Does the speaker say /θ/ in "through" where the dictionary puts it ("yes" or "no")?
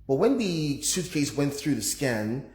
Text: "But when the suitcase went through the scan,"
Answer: yes